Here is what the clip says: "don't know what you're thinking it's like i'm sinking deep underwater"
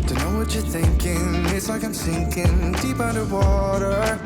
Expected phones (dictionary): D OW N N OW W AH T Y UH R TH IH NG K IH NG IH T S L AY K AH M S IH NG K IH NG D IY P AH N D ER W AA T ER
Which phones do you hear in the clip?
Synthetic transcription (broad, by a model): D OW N N OW W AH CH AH R TH IH NG K IH NG IH T S L AY K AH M S IH NG K IH NG D IY P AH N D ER W AA T ER